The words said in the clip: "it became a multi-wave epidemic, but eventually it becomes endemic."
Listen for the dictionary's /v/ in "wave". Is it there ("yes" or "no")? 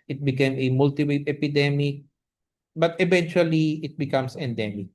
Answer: no